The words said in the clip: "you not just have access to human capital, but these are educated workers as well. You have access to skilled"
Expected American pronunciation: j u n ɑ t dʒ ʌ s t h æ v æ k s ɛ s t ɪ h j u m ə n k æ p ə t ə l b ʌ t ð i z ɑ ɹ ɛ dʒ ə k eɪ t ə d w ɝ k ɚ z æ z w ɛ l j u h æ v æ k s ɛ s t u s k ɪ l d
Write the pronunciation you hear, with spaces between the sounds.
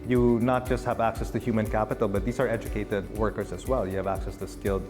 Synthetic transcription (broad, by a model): j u n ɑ t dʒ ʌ s t h æ v æ k s ɛ s t ɪ h j u m ə n k æ p ə t ə l b ʌ t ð i s ɑ ɹ ɛ dʒ ə k eɪ t ə d w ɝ k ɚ s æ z w ɛ l j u h æ v æ k s ɛ s t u s k ɪ l d